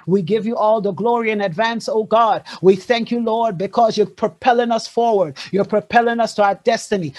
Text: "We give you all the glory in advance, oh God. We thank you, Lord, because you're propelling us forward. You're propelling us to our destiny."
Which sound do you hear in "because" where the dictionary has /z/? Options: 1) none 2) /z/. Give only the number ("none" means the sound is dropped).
2